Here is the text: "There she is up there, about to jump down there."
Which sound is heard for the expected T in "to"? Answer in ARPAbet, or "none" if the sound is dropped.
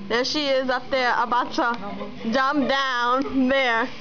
S